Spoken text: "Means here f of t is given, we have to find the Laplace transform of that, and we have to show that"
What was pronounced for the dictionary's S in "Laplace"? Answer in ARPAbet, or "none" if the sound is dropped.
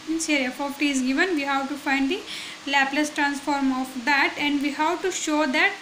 S